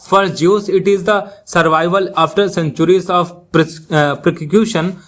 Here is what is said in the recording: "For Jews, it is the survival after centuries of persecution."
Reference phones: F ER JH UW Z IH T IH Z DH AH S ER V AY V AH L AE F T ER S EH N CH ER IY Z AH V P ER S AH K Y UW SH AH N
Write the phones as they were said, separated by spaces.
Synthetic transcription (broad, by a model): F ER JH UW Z IH T IH Z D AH S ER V AY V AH L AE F T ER S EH N CH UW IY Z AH P P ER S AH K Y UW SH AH N